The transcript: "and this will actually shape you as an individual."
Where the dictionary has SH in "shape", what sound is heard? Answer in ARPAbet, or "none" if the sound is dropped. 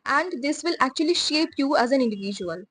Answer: SH